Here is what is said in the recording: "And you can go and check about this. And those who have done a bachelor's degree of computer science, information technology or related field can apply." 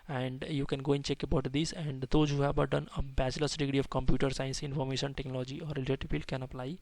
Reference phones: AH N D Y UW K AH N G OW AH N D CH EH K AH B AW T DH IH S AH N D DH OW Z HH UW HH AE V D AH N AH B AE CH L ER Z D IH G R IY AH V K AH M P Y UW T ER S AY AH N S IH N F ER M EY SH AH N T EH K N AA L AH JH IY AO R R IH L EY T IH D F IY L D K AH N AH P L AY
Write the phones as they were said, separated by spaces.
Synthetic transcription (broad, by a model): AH N D Y UW K AH N G OW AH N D CH EH K AH B AW T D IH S AH N D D OW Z HH UW HH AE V D AH N AH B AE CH L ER S D IH G R IY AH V K AH M P Y UW T ER S AY AH N S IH N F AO M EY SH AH N T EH K N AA L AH JH IY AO R L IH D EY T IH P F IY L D K AH N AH P L AY